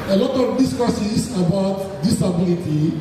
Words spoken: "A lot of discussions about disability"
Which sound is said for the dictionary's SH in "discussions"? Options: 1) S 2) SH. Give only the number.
1